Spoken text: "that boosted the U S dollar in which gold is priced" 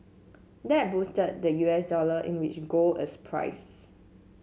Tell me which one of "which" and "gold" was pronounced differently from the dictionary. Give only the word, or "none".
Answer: gold